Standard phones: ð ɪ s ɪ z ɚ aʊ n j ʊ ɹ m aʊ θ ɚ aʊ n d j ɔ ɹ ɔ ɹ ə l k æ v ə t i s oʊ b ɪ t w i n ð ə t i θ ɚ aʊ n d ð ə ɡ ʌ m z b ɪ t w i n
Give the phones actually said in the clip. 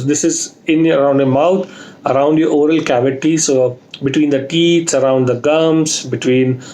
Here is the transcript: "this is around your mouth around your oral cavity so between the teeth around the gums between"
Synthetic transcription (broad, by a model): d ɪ s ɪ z ɚ aʊ n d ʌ m aʊ t ɚ aʊ n d j ɔ ɹ ɔ ɹ ə l k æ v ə t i s oʊ b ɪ t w i n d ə t i s ɚ aʊ n d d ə ɡ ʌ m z b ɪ t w i n